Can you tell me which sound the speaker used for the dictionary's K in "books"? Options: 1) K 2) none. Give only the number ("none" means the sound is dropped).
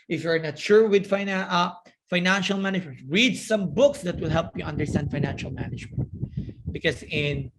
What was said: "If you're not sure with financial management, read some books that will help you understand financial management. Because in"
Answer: 1